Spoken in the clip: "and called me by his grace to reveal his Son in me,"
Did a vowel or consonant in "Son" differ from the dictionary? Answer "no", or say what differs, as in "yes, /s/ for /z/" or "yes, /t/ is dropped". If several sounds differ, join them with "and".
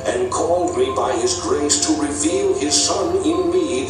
no